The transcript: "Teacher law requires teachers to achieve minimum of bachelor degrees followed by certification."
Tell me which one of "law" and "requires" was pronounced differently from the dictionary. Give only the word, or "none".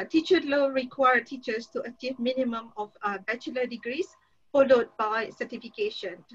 requires